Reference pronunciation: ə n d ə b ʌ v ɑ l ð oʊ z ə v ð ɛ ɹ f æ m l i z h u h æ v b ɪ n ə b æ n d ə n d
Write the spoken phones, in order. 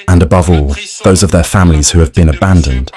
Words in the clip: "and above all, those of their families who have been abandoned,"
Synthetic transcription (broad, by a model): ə n ə b ʌ v ɑ l ð oʊ z ə v ð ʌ f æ m l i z h u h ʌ v b ɪ n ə b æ n d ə n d